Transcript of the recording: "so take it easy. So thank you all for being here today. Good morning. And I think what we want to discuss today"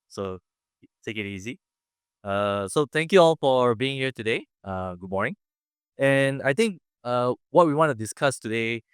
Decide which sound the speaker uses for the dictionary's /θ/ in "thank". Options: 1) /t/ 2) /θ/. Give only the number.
1